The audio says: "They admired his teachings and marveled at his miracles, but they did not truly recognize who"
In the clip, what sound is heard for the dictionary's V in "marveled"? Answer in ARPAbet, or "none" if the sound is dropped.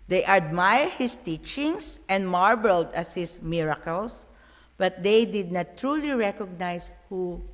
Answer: B